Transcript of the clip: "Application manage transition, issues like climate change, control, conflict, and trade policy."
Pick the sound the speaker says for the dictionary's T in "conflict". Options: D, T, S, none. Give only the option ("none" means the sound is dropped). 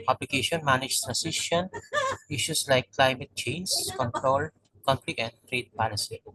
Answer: none